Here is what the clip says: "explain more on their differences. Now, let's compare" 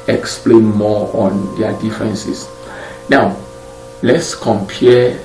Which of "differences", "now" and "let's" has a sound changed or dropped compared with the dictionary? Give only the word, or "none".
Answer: differences